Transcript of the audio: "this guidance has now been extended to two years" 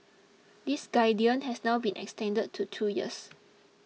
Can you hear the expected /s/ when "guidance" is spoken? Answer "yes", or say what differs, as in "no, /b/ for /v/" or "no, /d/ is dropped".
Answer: no, /s/ is dropped